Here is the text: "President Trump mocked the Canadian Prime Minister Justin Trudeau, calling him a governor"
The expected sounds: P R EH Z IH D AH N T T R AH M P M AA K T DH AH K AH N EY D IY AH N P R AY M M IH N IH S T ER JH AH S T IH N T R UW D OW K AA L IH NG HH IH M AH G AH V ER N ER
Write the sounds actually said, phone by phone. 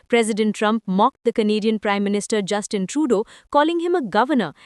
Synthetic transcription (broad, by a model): P R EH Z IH D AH N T T R AH M P M AA K T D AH K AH N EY D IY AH N P R AY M M IH N IH S T ER JH AH S T IH N T R UW D OW K AA L IH NG HH IH M AH G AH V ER N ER